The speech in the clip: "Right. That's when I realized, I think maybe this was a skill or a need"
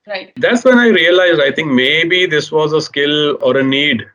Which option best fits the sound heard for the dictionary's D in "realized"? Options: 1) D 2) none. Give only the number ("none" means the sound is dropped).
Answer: 1